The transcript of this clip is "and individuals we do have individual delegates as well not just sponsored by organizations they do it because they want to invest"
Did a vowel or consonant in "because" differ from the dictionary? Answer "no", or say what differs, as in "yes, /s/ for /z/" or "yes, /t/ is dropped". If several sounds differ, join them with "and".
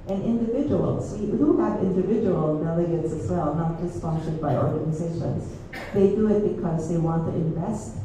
no